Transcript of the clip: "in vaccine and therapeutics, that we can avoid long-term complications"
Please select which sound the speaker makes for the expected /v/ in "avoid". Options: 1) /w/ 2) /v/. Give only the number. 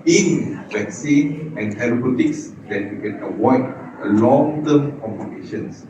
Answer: 1